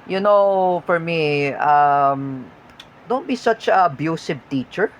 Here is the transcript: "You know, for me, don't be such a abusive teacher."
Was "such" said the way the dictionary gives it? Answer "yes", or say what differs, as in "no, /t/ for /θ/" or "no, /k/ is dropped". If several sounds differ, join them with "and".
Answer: yes